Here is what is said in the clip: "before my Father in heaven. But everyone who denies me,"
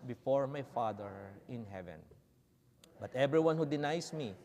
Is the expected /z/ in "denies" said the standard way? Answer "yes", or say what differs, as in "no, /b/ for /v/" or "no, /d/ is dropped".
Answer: no, /s/ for /z/